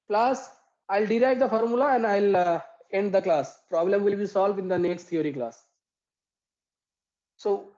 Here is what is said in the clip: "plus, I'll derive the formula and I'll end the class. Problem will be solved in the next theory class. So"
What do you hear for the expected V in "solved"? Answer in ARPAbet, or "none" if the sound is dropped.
V